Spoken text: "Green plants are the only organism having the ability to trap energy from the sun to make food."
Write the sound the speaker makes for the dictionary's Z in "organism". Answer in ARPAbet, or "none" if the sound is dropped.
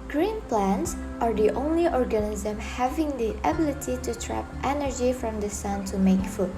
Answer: Z